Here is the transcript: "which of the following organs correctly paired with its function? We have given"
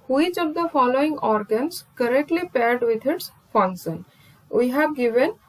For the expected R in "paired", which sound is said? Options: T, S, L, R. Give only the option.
R